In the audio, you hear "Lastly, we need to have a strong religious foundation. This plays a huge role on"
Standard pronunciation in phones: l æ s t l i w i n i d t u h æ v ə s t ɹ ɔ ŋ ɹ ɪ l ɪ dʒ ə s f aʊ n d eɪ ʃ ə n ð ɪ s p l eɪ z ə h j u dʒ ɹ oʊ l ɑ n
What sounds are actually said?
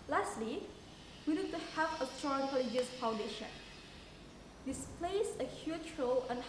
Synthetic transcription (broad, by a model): l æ s t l i w i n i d t u h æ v ə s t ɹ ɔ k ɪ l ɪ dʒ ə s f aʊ n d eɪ ʃ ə n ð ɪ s p l eɪ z ə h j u tʃ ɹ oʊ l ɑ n